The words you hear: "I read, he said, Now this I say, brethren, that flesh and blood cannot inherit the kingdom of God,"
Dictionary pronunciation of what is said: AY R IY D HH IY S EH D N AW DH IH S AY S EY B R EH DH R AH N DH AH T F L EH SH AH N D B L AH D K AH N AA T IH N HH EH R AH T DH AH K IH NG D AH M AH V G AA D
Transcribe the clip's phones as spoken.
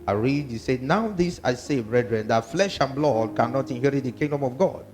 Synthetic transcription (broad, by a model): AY R IY D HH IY S EH D N AW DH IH S AY S EY B R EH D R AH N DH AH T F L EH SH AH N B L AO D K AH N AA T IH N HH EH R AH T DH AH K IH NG D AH M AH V G AA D